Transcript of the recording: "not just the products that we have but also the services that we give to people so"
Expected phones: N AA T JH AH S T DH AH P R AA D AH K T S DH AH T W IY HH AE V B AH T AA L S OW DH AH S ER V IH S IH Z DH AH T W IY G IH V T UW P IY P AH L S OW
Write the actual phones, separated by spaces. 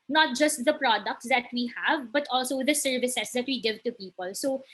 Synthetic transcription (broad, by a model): N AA T JH AH S T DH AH P R AA D AH K T S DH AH T W IY HH AE V B AH T AA L S OW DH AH S ER V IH S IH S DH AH T W IY G IH V T UW P IY P AH L S OW